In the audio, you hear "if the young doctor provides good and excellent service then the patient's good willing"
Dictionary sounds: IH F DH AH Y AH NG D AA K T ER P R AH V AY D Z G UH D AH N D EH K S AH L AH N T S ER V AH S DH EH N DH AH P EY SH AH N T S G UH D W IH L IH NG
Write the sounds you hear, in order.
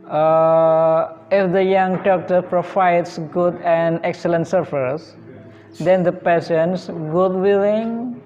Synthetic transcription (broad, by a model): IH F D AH Y AH NG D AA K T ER P R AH F AY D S G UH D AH N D EH K S AH L AH N T S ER F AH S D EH N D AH P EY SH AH N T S G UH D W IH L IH NG